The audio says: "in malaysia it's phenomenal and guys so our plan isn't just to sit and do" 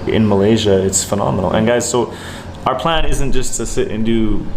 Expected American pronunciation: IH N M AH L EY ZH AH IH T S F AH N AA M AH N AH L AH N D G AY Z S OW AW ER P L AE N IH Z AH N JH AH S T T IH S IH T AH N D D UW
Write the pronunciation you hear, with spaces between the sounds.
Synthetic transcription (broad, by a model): IH N M AH L EY ZH AH IH T S F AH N AA M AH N L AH N G AY Z S OW AW ER P L AE N IH Z AH N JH AH S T T IH S IH T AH N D D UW